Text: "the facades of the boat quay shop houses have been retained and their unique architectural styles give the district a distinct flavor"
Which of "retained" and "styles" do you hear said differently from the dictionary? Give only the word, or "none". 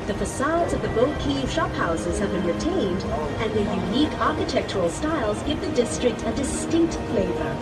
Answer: none